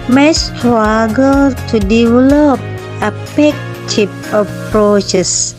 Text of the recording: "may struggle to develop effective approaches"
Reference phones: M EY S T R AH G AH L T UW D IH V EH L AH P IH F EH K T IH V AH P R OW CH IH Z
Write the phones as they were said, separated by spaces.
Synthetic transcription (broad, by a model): M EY S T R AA G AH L T UW D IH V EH L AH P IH P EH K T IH P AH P R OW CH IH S